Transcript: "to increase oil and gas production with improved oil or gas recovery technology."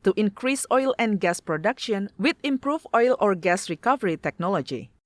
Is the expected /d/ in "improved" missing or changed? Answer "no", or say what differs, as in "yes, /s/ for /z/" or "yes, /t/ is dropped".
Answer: yes, /d/ is dropped